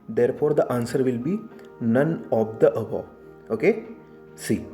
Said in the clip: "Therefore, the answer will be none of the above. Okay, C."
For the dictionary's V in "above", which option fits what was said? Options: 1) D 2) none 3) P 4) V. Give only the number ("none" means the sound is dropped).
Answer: 2